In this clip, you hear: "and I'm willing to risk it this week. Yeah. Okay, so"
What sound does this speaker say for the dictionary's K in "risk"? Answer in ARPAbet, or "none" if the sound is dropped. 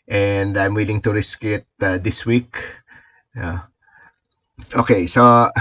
K